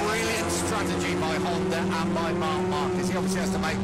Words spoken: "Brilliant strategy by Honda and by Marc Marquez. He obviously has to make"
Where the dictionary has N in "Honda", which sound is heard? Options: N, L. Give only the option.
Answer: L